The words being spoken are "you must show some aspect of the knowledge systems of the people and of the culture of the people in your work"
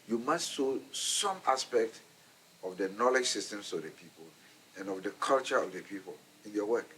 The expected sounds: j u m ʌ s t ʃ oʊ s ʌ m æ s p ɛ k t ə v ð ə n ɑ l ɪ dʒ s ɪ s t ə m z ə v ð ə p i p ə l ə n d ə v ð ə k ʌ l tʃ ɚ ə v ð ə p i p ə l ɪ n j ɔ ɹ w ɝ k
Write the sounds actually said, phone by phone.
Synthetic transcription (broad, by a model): j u m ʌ s t s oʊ s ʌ m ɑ s p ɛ k t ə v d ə n ɑ l ɪ dʒ s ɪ s t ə m s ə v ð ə p i p ə l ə n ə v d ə k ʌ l tʃ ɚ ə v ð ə p i p ə l ɪ n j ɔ w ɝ k